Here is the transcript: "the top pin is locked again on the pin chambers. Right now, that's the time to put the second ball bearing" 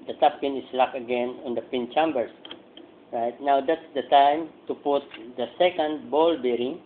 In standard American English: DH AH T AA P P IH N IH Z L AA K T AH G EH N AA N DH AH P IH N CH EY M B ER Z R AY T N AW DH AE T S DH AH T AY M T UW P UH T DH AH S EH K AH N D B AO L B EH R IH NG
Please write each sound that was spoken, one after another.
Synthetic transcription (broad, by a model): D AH T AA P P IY N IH S L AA K AH G EH N AA N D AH P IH N CH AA M B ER S R AY T N AW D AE T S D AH T AY M T UW P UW T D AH S EH K AH N D B AO L B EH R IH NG